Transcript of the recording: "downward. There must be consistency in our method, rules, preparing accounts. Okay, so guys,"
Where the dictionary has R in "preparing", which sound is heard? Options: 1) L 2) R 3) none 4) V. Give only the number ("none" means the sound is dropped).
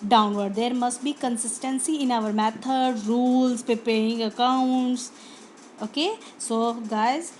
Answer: 3